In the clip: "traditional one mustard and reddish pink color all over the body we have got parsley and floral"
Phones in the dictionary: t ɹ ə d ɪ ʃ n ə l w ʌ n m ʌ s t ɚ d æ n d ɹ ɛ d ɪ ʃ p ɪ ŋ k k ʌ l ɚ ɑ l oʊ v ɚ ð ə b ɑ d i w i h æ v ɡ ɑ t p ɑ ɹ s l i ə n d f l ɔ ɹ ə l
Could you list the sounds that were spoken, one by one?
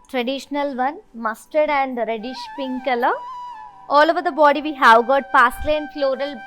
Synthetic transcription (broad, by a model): t ɹ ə d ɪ ʃ n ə l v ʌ n m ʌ s t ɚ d æ n d ɹ ɛ d ɪ ʃ p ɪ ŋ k k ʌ l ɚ ɑ l oʊ v ɚ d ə b ɑ d i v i h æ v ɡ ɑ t p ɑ s l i ə n d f l ɔ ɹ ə l